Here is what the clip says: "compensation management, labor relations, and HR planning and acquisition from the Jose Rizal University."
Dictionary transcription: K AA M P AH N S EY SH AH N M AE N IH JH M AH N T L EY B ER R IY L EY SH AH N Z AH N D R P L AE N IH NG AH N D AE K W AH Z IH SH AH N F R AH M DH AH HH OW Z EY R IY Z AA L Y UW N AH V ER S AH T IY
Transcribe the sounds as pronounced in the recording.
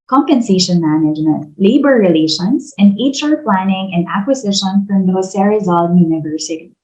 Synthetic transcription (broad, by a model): K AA M P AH N S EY SH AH N M AE N IH JH M AH N T L EY B ER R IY L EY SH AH N S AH N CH R P L AE N IH NG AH N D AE K W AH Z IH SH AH N F R AH M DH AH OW S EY R IY Z AA L Y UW N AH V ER S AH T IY